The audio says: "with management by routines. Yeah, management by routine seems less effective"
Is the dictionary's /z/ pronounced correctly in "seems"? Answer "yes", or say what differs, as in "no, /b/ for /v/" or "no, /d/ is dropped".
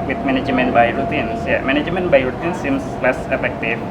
no, /s/ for /z/